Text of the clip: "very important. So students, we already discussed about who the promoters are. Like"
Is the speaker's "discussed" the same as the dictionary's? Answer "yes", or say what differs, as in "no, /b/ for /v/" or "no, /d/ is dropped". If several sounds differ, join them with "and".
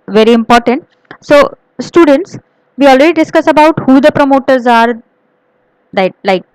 no, /t/ is dropped